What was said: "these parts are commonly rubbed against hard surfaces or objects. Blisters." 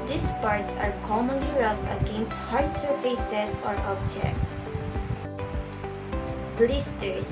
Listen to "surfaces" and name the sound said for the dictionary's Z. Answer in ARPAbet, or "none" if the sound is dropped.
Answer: none